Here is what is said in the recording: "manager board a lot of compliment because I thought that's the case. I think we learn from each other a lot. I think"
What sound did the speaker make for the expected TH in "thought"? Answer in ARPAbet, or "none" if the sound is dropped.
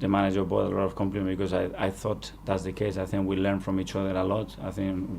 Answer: TH